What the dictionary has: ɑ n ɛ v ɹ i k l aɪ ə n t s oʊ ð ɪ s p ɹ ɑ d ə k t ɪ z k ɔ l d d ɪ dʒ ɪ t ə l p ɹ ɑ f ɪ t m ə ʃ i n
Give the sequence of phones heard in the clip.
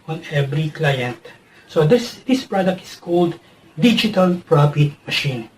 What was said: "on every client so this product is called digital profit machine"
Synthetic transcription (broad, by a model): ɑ n ɛ v ɹ i k l aɪ ə n t s oʊ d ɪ s p ɹ ɑ d ə k t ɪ s k ɔ l d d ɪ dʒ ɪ t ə l p ɹ ɑ f ɪ t m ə ʃ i n